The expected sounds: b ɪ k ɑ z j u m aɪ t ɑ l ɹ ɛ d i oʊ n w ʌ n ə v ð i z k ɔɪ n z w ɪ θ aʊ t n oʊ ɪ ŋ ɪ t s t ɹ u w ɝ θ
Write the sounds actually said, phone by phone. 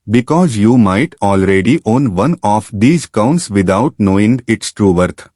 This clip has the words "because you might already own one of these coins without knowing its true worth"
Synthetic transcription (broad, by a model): b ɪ k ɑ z j u m aɪ t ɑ l ɹ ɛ d i oʊ n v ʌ n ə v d i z k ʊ n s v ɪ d aʊ t n oʊ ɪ ŋ ɪ t s t ɹ u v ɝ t